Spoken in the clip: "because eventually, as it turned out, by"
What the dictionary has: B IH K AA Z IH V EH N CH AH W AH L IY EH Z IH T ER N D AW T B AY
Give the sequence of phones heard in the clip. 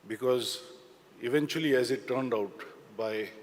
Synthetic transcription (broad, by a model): B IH K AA Z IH V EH N CH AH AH L IY EH Z IH T ER N D AW T B AY